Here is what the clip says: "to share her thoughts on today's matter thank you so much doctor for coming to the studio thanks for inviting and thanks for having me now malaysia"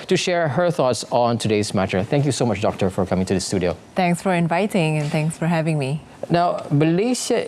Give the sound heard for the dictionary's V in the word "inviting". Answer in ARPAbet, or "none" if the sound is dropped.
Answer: V